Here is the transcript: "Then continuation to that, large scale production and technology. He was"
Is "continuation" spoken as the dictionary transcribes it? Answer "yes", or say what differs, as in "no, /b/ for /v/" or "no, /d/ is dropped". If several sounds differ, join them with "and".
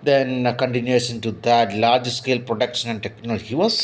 no, /s/ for /ʃ/